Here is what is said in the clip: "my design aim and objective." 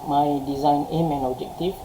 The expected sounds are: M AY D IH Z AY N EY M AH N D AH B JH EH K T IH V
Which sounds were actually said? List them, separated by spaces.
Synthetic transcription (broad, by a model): M AY D IH Z AY N EY M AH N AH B JH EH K T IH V